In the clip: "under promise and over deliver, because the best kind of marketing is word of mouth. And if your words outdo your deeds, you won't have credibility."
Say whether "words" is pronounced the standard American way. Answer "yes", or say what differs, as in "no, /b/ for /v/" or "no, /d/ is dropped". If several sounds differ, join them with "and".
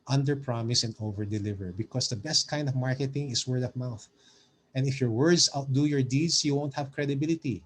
no, /s/ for /z/